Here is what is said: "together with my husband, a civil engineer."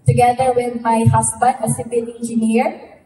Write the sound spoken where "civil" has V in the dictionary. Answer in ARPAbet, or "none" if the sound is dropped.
P